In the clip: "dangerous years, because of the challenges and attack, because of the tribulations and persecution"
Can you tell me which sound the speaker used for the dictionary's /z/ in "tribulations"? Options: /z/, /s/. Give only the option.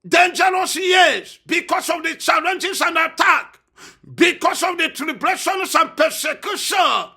/s/